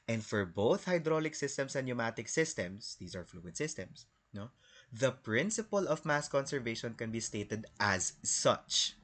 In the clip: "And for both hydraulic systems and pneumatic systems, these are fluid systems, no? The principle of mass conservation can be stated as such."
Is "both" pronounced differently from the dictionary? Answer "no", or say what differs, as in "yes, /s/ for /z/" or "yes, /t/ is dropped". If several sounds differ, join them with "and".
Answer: no